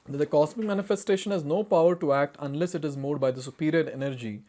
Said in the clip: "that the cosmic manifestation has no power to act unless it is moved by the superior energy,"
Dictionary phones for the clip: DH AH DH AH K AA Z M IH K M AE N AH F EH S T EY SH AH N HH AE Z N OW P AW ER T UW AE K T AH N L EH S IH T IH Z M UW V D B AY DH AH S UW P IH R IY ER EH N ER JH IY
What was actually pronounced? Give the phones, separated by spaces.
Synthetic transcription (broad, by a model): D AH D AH K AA S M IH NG M AE N AH F EH S T EY SH AH N HH AE Z N OW P AW ER T UW AE K T AH N L EH S IH T IH Z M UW D B AY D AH S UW P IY R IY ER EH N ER JH IY